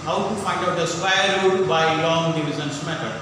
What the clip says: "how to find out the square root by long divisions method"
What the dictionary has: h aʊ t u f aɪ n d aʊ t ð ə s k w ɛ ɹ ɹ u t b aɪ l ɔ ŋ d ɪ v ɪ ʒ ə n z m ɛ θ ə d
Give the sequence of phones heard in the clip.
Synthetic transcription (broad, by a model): h aʊ t u f aɪ n d aʊ t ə s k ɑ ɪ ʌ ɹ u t b aɪ l ɔ ŋ d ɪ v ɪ z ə n s m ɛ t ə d